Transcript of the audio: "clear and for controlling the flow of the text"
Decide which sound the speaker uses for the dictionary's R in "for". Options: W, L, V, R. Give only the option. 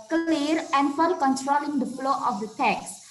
L